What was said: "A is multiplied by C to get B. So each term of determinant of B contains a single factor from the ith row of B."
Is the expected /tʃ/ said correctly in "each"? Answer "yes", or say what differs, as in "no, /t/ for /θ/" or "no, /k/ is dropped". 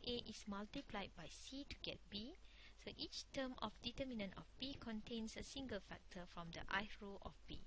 yes